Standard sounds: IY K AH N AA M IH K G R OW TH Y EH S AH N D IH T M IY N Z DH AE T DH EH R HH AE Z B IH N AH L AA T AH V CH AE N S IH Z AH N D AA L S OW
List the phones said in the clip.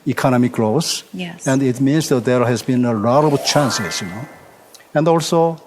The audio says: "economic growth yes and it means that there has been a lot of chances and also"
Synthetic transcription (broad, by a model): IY K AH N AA M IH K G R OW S AH N D IH T M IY N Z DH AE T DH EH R HH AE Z B IH N AH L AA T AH B CH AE N S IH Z AH N D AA L S OW